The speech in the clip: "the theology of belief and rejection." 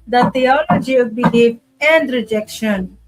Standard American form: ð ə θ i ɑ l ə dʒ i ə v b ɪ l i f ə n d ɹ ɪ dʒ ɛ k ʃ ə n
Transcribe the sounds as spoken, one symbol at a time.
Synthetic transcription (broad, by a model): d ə t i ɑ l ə dʒ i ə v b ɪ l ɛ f ə n d ɹ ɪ dʒ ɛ k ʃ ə n